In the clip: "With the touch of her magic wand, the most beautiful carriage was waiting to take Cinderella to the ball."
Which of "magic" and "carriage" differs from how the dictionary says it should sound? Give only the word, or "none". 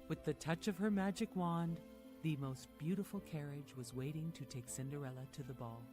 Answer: none